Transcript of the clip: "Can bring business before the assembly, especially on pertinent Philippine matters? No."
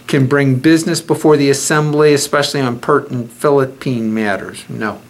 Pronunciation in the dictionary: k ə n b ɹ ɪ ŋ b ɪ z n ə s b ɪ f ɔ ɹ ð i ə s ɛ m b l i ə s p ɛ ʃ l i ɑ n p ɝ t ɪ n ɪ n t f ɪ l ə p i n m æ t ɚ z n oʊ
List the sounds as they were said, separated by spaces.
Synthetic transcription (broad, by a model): k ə n b ɹ ɪ ŋ b ɪ z n ə s b ɪ f ɔ ɹ ð i ə s ɛ m b l i ə s p ɛ ʃ l i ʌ n p ɝ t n n f ɪ l ə p i n m æ t ɚ z n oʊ